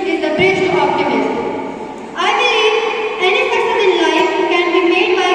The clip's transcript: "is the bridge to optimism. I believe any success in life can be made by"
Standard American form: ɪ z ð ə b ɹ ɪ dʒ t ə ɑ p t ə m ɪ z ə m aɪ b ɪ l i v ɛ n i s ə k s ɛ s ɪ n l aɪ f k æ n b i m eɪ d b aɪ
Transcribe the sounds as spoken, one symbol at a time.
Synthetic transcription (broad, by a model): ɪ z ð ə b ɹ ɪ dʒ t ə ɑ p t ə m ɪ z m aɪ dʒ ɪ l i ɛ n i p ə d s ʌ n ɪ n l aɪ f k æ n b i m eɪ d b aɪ